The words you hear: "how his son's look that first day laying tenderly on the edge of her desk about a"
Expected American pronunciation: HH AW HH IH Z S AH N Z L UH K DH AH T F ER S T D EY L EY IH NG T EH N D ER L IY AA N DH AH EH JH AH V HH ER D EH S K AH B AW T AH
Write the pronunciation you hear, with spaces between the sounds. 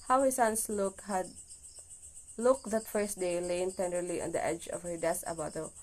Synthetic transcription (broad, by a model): HH AW HH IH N S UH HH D L UH K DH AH T F ER S T D EY L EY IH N T EH N D ER L IY AA N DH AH EH JH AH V HH ER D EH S AH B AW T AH